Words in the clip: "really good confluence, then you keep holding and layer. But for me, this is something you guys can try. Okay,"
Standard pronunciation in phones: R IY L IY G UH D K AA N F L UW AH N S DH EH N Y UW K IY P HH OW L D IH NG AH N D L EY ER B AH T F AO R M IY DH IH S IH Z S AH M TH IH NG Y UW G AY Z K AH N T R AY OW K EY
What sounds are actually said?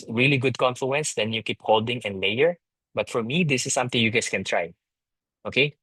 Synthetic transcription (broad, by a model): R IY L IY G UH D K AA N F L UW AH N S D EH N Y UW K IY P HH OW L D IH NG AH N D L EY ER B AH T F AO R M IY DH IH S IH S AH M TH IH NG Y UW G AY S K AH N T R AY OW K EY